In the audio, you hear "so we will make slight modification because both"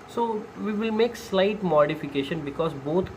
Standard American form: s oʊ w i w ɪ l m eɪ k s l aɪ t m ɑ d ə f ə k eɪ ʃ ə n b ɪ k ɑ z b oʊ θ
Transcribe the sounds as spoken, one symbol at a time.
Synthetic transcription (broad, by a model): s oʊ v i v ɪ l m eɪ k s l aɪ t m ɑ d ə f ə k eɪ ʃ ə n b ɪ k ɑ z b oʊ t